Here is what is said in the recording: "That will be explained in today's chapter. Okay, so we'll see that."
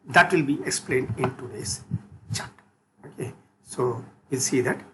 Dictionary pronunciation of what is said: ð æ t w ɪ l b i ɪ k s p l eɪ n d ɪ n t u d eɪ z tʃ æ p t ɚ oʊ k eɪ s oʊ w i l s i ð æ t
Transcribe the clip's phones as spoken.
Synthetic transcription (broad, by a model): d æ t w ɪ l b i ɪ k s p l eɪ n d ɪ n t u d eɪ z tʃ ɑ t oʊ k eɪ s oʊ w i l s i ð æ t